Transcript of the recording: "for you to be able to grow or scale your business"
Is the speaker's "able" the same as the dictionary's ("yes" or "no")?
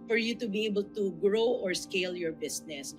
yes